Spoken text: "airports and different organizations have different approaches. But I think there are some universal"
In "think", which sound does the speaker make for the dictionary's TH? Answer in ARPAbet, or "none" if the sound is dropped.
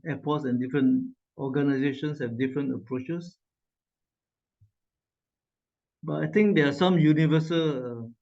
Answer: T